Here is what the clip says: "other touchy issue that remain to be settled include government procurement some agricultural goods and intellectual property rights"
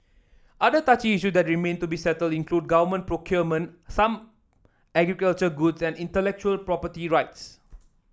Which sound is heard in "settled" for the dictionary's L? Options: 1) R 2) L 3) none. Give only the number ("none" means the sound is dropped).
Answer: 2